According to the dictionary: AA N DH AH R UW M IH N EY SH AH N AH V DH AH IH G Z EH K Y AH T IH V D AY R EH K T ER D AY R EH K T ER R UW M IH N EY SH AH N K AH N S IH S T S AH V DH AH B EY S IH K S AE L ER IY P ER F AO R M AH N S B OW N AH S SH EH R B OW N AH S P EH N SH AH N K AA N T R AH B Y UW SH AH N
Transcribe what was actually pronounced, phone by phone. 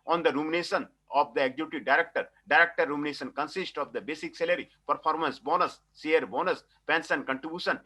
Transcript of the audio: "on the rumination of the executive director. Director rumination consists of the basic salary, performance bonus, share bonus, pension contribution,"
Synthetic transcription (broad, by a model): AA N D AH R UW M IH N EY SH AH N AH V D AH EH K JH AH T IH D AY R EH K T ER D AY R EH K T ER R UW M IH N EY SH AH N K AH N S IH S T AH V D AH B EY S IH K S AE L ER IY P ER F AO R M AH N S B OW N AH S S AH R B OW N AH S P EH N S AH N K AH N T R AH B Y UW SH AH N